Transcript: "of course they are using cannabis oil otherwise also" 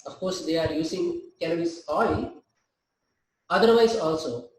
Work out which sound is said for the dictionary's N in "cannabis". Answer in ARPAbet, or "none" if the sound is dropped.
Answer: L